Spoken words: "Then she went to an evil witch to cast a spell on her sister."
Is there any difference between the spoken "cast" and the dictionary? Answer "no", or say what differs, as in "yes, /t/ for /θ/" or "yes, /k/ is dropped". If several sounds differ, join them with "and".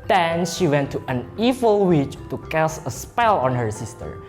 yes, /t/ is dropped